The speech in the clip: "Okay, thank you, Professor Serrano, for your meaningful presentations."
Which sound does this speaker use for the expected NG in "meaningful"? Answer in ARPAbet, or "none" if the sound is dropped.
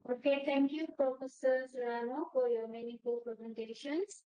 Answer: none